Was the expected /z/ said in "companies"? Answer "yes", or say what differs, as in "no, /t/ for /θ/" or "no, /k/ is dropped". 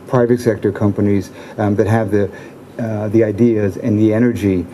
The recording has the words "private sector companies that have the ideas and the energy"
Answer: yes